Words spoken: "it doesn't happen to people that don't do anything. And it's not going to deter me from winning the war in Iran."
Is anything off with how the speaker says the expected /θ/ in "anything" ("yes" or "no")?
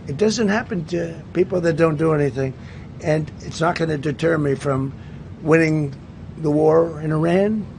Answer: no